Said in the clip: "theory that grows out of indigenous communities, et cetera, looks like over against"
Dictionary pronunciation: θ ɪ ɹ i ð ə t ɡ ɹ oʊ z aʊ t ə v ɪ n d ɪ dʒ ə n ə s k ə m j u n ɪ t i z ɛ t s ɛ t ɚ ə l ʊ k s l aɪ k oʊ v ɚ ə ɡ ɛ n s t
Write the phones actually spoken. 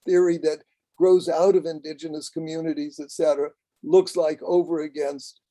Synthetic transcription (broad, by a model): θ ɪ ɹ i ð ə t ɡ ɹ oʊ z aʊ t ə v ɪ n d ɪ dʒ ə n ə s k ə m j u n ɪ t i z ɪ t s ɛ t ɚ ə l ʊ k s l aɪ k oʊ v ɚ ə ɡ ɛ n s t